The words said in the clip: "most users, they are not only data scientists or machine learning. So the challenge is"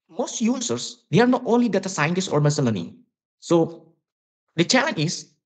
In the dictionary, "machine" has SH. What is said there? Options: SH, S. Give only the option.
S